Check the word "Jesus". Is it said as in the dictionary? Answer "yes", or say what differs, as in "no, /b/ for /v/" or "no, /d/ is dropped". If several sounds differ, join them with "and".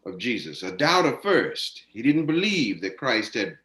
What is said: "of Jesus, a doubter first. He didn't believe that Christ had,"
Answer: yes